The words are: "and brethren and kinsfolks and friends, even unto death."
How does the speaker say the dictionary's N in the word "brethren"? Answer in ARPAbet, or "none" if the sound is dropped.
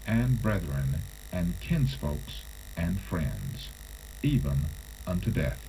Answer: N